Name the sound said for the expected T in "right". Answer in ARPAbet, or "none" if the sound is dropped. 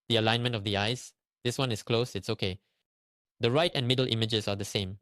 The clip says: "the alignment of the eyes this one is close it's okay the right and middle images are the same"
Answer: T